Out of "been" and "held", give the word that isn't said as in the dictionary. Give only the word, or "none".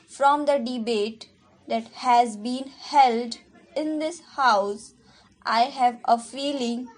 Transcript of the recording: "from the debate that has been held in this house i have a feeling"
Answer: none